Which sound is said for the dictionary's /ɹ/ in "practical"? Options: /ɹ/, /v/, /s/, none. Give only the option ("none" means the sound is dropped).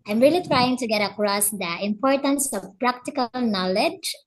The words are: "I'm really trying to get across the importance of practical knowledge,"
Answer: /ɹ/